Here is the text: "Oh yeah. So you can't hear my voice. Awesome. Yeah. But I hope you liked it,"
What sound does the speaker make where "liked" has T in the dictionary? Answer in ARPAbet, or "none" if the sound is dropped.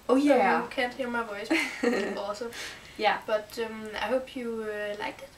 none